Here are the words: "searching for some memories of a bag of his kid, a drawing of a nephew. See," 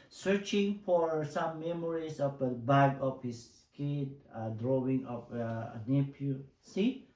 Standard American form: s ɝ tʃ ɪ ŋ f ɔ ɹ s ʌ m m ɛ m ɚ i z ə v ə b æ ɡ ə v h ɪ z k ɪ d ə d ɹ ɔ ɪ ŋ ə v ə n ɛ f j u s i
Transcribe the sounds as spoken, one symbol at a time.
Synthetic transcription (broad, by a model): s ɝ tʃ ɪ ŋ f ɔ ɹ s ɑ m m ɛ m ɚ i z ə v ə b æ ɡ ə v h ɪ s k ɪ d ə d ɹ ɔ ɪ ŋ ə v ə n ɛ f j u s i